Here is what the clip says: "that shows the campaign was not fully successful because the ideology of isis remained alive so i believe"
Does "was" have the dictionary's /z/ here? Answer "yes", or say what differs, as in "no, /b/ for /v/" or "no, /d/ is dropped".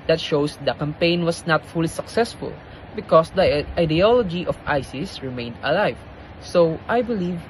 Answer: no, /s/ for /z/